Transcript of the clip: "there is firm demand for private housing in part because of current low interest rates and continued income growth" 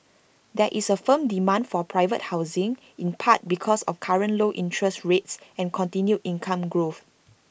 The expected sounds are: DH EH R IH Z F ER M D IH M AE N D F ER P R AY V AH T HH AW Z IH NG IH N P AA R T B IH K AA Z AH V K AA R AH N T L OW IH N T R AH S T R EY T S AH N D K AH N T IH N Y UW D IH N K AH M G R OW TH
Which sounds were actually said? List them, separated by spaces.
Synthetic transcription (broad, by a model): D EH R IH S F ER M D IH M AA N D F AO P R AY V AH T HH AW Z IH NG IH N P AA T B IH K AA S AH F K AA R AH N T L OW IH N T R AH S T R EY T S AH N K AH N T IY N Y UW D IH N K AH M G R OW TH